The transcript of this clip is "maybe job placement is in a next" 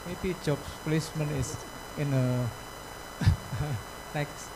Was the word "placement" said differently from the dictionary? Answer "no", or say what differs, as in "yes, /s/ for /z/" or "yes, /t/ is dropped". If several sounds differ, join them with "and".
yes, /t/ is dropped